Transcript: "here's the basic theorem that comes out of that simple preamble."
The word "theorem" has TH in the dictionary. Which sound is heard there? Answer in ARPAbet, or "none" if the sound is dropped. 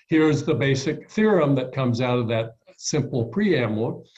TH